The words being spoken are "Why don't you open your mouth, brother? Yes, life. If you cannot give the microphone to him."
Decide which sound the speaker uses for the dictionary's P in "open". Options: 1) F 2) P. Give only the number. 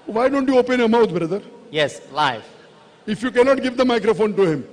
2